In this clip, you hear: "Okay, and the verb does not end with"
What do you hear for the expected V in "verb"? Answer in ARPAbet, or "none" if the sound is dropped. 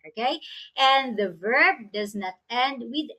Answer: V